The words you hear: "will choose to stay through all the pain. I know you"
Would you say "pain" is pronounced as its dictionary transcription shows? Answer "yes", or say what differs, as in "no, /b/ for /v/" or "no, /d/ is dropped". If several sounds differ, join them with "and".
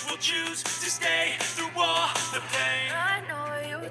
no, /n/ is dropped